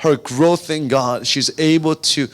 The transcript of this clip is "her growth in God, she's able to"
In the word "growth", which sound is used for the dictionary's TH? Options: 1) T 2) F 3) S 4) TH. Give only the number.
4